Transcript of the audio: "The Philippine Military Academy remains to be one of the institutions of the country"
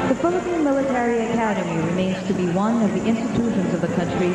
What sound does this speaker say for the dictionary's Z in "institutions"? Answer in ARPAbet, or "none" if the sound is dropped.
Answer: Z